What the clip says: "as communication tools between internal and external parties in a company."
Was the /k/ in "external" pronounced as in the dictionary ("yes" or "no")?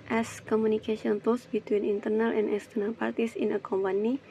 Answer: no